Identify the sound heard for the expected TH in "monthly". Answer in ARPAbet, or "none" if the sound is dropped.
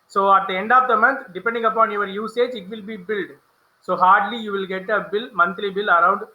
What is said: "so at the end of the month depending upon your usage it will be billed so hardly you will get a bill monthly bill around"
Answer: T